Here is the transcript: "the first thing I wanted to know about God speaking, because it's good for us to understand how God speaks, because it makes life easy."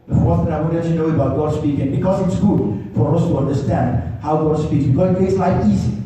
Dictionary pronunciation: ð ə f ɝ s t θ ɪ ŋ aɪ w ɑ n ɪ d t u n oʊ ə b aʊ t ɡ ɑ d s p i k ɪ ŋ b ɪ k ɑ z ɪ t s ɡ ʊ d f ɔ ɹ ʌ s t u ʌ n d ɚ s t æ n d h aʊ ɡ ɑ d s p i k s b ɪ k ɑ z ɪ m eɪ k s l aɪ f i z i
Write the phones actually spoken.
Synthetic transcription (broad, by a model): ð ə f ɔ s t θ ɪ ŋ aɪ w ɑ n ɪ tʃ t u n oʊ ə b aʊ t ɡ ɑ d s p i k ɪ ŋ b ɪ k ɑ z ɪ t s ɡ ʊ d f ɔ ɹ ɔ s t u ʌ n d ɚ s t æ n d h aʊ ɡ ɑ d s p i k b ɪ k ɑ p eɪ s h aɪ i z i